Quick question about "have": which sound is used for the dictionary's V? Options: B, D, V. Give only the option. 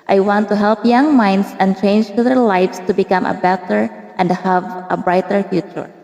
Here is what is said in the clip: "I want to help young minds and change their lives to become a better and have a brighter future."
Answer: V